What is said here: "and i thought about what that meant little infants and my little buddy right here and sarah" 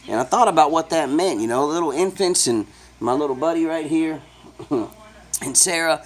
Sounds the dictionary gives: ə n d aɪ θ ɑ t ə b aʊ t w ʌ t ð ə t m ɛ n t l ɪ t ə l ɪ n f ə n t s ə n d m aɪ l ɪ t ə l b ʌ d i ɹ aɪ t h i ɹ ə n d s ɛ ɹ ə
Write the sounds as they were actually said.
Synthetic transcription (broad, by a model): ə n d aɪ θ ɑ t ə b aʊ t w ʌ t ð ə t m ɛ n t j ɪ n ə l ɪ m f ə n t s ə n m aɪ l ɪ t l b ʌ d i ɹ aɪ t h i ɹ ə n s ɛ ɹ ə